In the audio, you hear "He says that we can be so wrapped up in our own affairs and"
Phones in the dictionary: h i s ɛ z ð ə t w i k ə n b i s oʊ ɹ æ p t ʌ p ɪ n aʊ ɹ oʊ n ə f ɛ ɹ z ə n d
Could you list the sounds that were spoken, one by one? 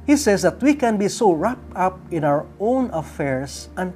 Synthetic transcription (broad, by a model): h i s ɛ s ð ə t w i k ə n b i s oʊ ɹ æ p ʌ p ɪ n aʊ ɹ oʊ n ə f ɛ ɹ s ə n